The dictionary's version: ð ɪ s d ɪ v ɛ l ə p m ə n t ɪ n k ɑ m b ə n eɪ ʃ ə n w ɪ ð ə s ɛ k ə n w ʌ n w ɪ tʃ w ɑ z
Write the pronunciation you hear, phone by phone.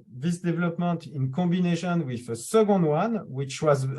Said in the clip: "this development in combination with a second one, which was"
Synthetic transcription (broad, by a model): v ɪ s d ɪ v ɛ l ə p m ə n t ɪ n k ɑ b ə n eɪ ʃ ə n w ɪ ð ə s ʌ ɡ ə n w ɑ n w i tʃ w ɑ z